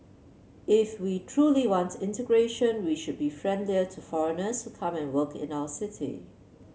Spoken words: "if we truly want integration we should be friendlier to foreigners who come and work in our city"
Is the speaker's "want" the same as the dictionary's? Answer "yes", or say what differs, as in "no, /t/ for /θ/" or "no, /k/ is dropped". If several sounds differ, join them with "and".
yes